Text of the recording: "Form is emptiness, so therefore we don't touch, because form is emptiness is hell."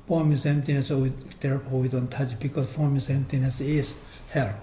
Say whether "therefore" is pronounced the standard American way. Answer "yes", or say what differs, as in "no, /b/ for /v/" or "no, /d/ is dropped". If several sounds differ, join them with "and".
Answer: no, /p/ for /f/